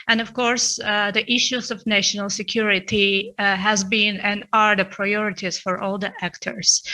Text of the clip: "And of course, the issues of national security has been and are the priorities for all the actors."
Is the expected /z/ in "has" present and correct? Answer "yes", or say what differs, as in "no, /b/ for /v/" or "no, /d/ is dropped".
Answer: yes